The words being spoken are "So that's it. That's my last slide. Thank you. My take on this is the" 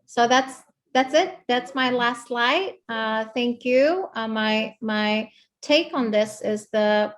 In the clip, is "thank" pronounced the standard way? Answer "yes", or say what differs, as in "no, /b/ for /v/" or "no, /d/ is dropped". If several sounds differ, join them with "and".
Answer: yes